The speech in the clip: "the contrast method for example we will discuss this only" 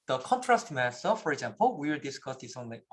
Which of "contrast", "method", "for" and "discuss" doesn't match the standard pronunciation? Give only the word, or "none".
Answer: method